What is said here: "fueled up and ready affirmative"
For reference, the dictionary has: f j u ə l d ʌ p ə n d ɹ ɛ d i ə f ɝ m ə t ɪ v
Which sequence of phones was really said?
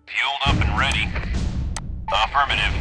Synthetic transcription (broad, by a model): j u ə l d ʌ p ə n ɹ ɛ d i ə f ɝ m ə t ɪ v